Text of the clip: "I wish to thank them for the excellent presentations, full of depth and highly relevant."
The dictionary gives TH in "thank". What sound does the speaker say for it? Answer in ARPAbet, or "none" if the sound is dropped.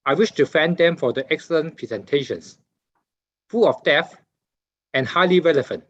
F